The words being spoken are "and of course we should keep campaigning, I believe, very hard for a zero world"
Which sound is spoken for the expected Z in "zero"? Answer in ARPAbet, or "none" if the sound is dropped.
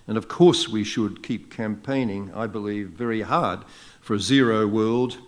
Z